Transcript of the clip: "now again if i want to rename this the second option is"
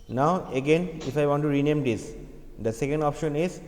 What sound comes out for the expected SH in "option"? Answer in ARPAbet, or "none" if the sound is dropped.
SH